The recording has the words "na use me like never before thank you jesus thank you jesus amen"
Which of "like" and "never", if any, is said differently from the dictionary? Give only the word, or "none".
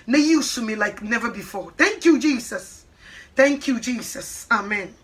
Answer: none